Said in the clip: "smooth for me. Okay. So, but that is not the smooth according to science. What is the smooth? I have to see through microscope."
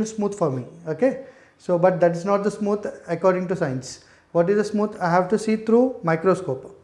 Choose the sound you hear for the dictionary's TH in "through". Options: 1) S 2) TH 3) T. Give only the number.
3